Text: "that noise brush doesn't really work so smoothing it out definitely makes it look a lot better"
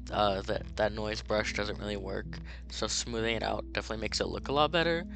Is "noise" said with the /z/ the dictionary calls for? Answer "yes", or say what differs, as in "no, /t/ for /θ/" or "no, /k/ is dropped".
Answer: yes